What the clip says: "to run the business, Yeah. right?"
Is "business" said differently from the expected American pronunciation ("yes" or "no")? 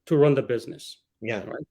no